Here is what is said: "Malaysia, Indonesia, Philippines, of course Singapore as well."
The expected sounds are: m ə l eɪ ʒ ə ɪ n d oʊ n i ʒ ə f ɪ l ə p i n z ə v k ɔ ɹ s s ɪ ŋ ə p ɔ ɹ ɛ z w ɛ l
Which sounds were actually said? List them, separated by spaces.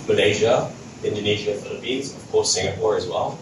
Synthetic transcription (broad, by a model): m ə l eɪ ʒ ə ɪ n d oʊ n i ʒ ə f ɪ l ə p i z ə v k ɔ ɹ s s ɪ ŋ ə p ɔ ɹ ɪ z w ɛ l